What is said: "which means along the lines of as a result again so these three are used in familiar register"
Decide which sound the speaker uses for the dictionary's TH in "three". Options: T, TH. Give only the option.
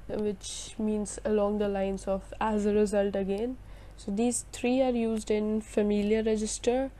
T